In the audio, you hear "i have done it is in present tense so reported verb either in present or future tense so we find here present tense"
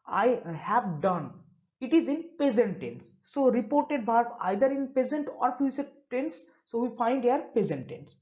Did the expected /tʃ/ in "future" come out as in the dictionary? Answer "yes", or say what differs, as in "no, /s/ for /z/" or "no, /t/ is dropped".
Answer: no, /s/ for /tʃ/